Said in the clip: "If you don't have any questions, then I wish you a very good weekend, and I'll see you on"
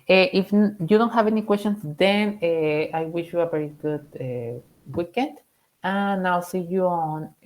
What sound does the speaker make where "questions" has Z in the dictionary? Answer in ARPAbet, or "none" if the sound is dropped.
S